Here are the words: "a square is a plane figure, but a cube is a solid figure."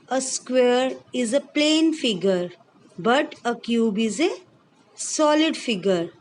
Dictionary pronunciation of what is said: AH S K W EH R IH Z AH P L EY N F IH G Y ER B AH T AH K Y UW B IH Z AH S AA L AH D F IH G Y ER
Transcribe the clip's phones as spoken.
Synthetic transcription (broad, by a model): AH S K W EH R IH Z AH P L EY N F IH G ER B AH T AH K Y UW B IH Z AH S AA L AH D F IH G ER